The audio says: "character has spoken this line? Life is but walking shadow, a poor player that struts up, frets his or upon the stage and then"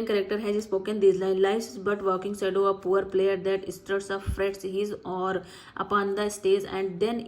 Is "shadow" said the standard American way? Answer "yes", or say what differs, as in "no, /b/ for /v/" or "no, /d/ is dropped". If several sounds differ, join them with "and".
no, /s/ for /ʃ/